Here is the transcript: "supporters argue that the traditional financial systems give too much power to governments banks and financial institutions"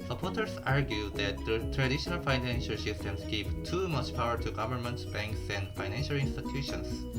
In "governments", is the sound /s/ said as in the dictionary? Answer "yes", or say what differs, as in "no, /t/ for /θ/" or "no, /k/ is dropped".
no, /s/ is dropped